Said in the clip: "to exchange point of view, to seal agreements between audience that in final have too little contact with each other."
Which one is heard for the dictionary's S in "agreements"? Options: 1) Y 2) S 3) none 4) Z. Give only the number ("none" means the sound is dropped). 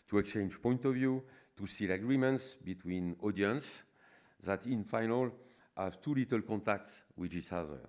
2